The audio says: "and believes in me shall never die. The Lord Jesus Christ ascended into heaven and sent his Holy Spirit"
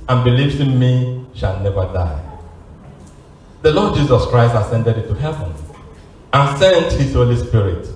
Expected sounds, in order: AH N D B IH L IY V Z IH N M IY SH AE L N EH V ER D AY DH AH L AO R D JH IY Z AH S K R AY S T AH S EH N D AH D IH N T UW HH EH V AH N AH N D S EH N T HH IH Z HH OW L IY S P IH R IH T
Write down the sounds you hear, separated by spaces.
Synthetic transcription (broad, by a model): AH N B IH L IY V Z IH N M IY SH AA L N EH V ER D AY DH AH L AO D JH IY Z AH S K R AY S T AH S EH N D AH D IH T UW HH EH V AH N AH N S EH N T HH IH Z HH OW L IY S P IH R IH T